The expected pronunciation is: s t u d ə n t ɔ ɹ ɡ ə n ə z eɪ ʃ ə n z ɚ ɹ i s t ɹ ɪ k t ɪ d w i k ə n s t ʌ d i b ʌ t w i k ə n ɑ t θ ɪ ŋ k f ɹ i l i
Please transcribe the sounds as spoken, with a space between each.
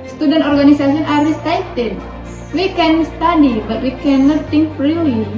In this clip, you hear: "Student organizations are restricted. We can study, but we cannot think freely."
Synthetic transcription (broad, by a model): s t u d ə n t ɔ ɹ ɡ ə n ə s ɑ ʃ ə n ɑ ɹ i s t ɑ t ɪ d w i k ə n s t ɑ d i b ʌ t w i k ə n ɑ t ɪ ŋ k ɹ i l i